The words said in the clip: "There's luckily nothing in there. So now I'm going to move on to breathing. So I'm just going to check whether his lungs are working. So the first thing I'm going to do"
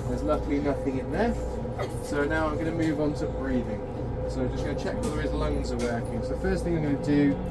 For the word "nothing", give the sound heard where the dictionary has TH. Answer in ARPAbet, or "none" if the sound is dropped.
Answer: TH